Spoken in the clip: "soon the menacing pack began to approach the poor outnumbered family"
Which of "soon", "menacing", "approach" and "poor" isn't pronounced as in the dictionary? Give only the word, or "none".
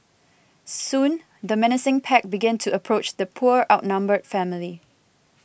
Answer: none